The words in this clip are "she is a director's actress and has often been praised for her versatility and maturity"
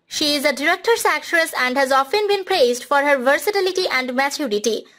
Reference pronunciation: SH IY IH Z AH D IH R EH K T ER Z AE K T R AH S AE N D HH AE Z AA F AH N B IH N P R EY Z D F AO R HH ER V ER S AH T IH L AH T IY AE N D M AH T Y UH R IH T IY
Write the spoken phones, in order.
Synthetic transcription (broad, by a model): SH IY IH Z AH D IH R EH K T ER S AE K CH R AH S AE N D HH AE Z AA F AH N B IH N P R EY Z D F AO R HH ER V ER S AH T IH L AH T IY AE N D M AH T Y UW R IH T IY